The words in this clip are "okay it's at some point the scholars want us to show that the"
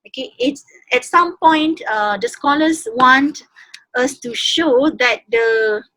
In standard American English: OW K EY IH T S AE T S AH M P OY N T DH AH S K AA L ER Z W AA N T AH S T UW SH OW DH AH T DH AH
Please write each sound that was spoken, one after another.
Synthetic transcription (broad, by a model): OW K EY IH T S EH T S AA M P OY N T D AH S K AA L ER S W AA N T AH S T UW SH OW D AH T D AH